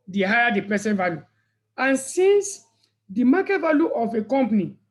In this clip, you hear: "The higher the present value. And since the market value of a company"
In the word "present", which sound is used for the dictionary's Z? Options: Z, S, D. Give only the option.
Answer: S